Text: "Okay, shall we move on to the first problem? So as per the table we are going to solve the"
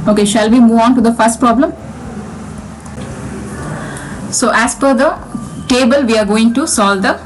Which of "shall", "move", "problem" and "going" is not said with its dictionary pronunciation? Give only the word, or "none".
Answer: none